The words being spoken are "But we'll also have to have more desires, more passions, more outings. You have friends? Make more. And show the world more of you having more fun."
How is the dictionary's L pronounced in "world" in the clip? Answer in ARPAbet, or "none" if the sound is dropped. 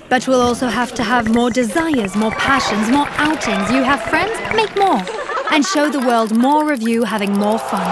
L